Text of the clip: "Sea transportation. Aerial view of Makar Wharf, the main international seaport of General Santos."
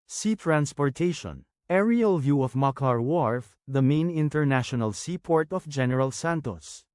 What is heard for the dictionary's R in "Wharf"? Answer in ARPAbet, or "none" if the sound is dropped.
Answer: R